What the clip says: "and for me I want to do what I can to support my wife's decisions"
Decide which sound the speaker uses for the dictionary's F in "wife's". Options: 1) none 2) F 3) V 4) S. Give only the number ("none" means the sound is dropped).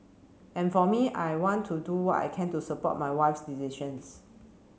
2